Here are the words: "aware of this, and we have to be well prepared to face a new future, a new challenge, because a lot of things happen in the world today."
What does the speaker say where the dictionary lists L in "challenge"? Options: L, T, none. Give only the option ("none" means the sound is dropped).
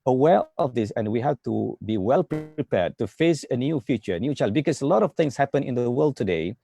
none